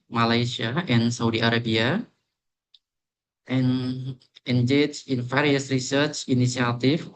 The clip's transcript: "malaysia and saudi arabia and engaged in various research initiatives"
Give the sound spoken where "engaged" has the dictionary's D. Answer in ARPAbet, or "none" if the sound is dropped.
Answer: none